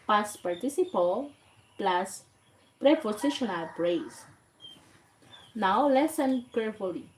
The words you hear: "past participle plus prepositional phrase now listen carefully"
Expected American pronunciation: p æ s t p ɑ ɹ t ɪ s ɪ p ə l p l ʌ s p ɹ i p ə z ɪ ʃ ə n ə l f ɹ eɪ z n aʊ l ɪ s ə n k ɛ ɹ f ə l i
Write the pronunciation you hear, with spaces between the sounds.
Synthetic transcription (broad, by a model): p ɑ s p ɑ ɹ t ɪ s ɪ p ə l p l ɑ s p ɹ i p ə s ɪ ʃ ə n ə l p ɹ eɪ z n aʊ l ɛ s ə n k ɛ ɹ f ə l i